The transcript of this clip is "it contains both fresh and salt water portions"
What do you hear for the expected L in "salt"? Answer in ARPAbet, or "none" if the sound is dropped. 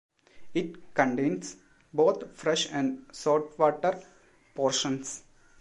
none